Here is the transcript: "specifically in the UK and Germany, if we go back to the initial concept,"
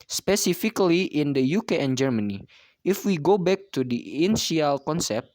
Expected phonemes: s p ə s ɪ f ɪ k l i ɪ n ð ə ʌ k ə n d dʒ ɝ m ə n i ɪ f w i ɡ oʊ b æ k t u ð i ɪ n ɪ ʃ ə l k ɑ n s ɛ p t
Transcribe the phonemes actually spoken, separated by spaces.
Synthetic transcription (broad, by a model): s p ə s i f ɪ k l i ɪ n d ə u k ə n dʒ ɝ m ə n i ɪ f w i ɡ oʊ b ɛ k t u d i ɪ n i ə l k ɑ n s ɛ p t